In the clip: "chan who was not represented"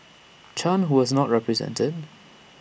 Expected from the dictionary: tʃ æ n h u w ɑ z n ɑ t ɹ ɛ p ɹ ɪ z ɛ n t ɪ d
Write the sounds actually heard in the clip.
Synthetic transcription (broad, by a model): tʃ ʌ n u w ɑ z n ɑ t ɹ ɛ p ɹ ɪ z ɛ n t ɪ d